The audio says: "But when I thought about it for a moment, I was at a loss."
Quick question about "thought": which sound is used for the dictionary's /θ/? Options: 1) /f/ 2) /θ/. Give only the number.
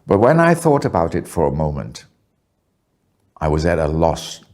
2